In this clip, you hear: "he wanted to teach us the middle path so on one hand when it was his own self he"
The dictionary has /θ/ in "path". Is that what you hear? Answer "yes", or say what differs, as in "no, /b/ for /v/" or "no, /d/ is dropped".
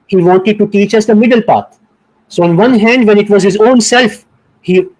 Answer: no, /t/ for /θ/